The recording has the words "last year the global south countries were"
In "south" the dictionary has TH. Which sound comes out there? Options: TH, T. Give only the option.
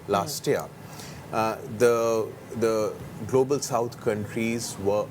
T